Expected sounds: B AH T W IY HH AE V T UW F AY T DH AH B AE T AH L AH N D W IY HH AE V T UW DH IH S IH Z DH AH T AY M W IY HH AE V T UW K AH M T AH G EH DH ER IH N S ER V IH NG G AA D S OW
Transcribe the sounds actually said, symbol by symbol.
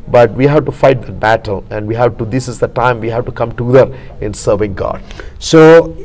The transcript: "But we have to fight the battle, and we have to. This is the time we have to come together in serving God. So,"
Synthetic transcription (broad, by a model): B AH T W IY HH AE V T UW F AY T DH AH B AE T AH L AH N D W IY HH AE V T UW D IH S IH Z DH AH T AY M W IY HH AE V T UW K AH M T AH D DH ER IH N S ER V IH NG G AA D S OW